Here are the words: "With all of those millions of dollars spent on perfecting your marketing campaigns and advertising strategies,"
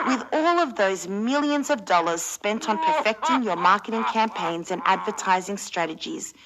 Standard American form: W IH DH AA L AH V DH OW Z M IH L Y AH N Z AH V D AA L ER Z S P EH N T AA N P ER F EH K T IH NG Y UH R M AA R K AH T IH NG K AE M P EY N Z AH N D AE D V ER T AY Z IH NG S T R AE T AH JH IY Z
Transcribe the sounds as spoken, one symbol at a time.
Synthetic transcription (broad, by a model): W IH DH AA L AH V DH OW Z M IH L Y AH N Z AH V D AA L ER Z S P EH N T N P ER F EH K T IH NG Y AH R M AA R K AH T IH NG K AE M P EY N Z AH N AE D V ER T AY Z IH NG S T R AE T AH JH IY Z